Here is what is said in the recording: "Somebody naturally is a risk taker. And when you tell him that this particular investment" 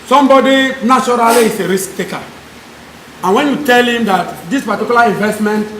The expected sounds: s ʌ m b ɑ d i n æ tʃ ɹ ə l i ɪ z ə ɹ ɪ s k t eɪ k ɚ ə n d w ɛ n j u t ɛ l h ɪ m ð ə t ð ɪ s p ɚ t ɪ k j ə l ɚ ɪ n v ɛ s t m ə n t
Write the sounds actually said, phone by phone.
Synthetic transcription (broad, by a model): s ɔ m b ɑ d i n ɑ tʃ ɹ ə l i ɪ s ə ɹ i s k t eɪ k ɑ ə n w ɛ n j u t ɛ l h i m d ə t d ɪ s p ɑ t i k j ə l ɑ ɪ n v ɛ s t m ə n t